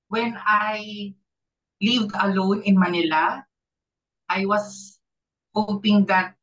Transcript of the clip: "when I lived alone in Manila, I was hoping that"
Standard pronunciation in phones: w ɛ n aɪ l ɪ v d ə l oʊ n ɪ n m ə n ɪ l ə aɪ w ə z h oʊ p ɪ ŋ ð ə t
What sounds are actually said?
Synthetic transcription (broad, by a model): w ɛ n aɪ l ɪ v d ə l oʊ n ɪ n m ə n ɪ l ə aɪ w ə s h oʊ p ɪ ŋ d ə t